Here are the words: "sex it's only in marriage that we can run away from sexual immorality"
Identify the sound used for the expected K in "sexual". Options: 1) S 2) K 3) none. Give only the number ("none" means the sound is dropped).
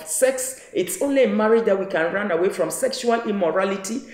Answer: 2